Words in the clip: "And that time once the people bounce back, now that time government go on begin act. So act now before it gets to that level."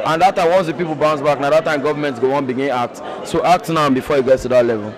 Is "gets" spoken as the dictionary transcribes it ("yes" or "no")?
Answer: no